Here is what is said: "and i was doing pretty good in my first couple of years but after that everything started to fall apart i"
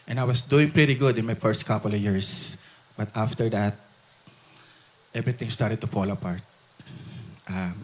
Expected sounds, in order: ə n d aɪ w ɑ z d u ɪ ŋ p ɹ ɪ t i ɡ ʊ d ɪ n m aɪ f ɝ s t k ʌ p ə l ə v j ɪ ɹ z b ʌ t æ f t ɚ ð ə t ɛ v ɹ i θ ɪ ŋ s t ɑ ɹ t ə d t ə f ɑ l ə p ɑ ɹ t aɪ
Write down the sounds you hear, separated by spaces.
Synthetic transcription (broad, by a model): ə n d aɪ w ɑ s d u ɪ ŋ p ɹ ɪ t i ɡ ʊ d ɪ n m aɪ f ɝ s t k ʌ p ə l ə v j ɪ ɹ s b ʌ t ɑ f t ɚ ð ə t ɛ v ɹ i t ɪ ŋ s t ɑ ɹ t ə d t ə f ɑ l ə p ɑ ɹ t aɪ